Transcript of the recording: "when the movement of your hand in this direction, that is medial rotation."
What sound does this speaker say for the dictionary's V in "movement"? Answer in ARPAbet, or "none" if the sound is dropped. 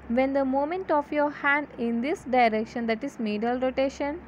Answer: none